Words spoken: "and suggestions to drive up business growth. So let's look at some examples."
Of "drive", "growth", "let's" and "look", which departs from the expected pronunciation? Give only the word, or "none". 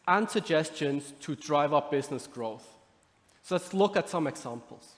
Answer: none